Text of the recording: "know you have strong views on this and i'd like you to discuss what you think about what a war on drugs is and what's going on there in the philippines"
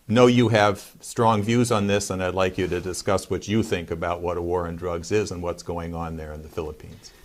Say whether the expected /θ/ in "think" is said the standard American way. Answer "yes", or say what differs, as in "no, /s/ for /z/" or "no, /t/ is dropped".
yes